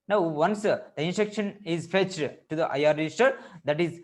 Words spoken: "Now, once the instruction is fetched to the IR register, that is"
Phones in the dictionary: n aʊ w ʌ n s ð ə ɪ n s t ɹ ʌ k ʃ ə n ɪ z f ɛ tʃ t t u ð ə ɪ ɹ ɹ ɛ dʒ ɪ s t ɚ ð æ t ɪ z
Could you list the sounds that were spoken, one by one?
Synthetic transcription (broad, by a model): n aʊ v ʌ n s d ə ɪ n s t ʌ k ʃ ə n ɪ z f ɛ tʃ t t u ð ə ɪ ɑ ɹ ɛ dʒ ɪ s t ɚ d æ t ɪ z